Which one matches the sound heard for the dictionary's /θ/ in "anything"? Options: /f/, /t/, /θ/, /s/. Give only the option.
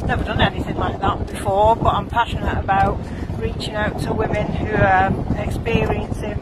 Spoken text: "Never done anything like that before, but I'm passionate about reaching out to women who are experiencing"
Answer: /s/